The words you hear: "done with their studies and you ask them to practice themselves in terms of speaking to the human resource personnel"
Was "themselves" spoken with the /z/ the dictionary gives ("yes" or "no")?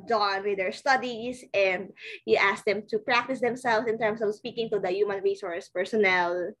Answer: no